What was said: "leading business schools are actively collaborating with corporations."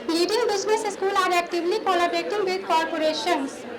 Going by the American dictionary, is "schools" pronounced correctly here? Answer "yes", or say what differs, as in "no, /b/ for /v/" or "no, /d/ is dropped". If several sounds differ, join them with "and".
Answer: no, /z/ is dropped